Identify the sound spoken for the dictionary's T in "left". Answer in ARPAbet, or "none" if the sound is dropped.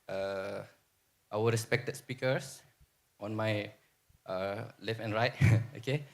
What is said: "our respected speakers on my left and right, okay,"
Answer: none